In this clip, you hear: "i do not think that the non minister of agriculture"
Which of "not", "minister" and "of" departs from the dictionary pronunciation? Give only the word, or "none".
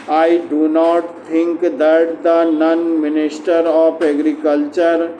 of